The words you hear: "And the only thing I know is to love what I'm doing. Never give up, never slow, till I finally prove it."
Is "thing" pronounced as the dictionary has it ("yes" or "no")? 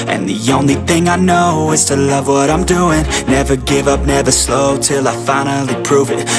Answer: yes